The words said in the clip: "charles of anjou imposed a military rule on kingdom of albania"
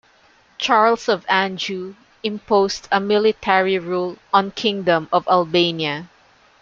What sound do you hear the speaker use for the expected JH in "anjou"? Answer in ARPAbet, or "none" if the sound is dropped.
JH